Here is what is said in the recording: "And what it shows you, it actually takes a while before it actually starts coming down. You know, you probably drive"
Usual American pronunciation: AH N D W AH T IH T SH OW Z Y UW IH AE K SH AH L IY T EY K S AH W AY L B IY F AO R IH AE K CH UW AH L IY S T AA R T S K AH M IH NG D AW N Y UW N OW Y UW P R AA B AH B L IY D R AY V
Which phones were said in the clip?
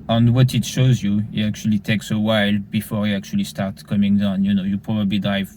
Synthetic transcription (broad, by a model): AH N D W AH T IH T SH OW Z Y UW IH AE K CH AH L IY T EY K S AH W AY L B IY F AO R IH AE K CH UW AH L IY S T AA R T K AH M IH NG D AW N Y UW N OW Y UW P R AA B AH B L IY D R AY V